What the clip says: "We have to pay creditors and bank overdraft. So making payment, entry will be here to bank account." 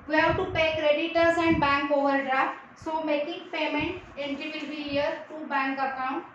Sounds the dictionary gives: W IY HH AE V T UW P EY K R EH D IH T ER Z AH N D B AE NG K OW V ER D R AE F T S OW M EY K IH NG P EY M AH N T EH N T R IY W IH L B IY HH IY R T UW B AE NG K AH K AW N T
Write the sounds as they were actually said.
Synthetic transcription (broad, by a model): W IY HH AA T UW P EY K R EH D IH T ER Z AH N D B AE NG K OW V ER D R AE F T S OW M EY K IH NG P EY M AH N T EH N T IY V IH L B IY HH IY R T UW B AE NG K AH K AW N T